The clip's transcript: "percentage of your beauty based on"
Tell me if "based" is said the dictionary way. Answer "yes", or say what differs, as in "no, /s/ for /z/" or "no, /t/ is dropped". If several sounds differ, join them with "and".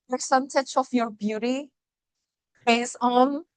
no, /t/ is dropped